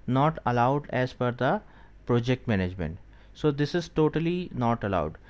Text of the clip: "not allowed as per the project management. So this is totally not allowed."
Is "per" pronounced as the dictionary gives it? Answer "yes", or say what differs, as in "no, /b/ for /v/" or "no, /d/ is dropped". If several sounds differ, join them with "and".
no, /f/ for /p/